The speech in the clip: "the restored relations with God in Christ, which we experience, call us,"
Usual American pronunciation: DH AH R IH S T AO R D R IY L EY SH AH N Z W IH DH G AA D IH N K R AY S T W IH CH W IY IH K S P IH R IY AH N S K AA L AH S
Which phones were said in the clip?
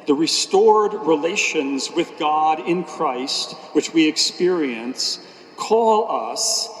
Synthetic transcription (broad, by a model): DH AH R IH S T AO R D R IY L EY SH AH N Z W IH DH G AA D IH N K R AY S T W IH CH W IY IH K S P IH R IY AH N S K AA L AH S